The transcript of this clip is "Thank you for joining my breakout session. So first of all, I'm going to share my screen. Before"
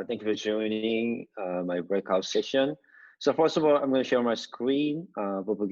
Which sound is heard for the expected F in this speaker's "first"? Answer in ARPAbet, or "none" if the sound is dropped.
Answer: F